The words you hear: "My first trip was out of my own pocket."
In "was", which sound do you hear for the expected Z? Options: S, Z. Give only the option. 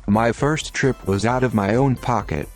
Z